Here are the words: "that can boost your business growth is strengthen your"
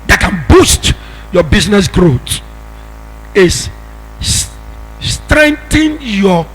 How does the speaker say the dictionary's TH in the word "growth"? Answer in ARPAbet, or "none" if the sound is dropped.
T